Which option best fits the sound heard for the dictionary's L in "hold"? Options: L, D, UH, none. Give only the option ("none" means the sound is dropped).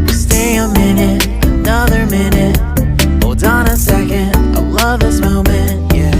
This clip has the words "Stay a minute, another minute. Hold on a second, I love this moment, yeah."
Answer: none